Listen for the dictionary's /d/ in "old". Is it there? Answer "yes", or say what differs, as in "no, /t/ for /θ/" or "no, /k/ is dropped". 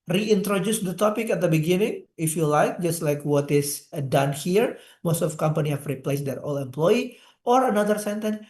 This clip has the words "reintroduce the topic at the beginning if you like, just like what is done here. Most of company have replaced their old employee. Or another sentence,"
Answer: no, /d/ is dropped